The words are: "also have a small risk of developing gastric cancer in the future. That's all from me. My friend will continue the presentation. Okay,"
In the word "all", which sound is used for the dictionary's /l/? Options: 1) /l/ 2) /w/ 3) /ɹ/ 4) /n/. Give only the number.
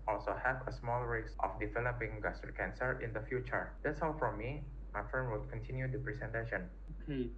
2